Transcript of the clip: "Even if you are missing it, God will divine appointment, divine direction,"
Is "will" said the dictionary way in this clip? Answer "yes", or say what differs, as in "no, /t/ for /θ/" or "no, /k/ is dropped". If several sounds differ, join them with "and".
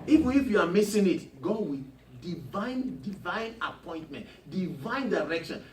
no, /n/ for /l/